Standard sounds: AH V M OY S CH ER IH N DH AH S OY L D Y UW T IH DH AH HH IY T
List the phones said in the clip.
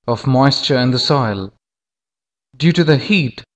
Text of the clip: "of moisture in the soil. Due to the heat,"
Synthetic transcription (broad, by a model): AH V M OY S CH ER IH N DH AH S OY L D Y UW T IH DH AH HH IY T